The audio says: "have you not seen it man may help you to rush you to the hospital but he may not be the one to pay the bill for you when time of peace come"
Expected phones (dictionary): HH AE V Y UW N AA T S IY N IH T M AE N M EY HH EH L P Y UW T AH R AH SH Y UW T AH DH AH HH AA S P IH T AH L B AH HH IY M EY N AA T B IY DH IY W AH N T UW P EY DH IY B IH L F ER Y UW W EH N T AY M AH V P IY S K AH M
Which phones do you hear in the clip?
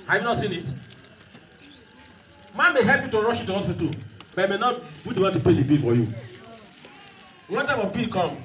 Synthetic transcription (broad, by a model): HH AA Y UW N AA T S IY N IH T M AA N M EY HH EH L P Y UW T AH R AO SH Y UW T AH HH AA S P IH T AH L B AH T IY M EY N AA T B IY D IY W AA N T UW P EY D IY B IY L F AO Y UW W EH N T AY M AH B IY K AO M